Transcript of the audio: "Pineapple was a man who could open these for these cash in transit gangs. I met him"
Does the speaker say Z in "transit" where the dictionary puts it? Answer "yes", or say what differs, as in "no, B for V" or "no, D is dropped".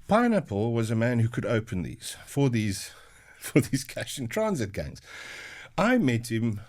yes